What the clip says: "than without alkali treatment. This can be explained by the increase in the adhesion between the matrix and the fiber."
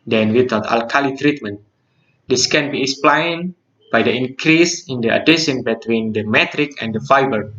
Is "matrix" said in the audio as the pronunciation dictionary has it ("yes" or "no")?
no